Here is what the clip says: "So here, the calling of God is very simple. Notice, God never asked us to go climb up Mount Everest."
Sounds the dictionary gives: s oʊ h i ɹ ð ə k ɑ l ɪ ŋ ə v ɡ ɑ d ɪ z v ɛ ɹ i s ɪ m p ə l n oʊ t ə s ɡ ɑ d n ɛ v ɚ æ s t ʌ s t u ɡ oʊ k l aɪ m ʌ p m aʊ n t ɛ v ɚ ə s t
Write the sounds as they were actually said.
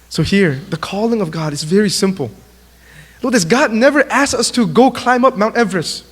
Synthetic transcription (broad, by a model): s oʊ h i ɹ ð ə k ɑ l ɪ ŋ ə v ɡ ɑ d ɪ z v ɛ ɹ i s ɪ m p ə l l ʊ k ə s ɡ ɑ d n ɛ v ɚ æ s ʌ s t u ɡ oʊ k l aɪ m ʌ p m aʊ n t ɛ v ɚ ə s